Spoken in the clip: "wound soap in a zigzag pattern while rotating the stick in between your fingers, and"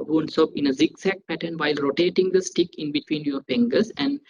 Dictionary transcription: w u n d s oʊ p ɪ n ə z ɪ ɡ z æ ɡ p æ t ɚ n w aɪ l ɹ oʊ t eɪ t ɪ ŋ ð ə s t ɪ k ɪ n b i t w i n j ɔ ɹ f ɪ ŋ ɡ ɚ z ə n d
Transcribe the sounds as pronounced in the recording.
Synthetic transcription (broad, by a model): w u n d s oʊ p ɪ n ə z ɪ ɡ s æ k p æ t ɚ n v aɪ l ɹ oʊ t eɪ t ɪ ŋ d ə s t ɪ k ɪ n b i t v i n j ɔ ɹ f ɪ ŋ ɡ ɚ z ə n d